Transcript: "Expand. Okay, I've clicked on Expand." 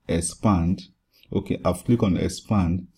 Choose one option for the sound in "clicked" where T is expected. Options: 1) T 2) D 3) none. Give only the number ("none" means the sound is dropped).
3